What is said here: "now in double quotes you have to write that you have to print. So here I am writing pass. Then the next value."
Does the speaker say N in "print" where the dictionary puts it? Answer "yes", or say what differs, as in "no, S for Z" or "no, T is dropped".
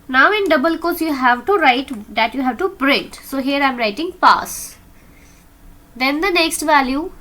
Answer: no, N is dropped